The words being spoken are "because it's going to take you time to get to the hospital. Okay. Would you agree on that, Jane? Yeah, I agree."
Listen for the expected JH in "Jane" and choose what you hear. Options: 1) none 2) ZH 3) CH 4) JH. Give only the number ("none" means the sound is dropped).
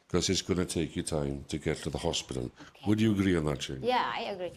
3